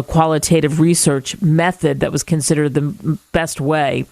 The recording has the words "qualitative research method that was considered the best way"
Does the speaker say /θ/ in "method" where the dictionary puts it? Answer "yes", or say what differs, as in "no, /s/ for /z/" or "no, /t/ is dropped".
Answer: yes